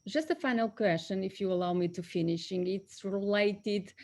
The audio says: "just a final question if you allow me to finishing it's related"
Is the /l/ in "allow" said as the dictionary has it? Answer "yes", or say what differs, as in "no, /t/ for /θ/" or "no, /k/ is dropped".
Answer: yes